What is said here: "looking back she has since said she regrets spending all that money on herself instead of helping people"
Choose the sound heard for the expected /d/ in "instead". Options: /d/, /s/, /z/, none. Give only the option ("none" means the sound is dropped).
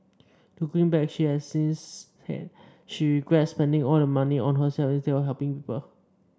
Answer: none